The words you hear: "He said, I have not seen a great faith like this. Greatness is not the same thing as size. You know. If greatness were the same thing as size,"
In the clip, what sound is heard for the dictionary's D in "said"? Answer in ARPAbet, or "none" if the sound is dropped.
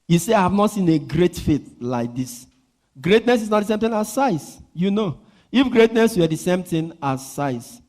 none